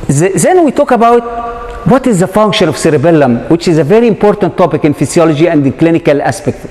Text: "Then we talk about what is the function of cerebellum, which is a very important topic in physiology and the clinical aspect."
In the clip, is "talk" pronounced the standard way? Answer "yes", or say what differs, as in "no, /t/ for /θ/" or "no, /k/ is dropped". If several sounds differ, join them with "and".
yes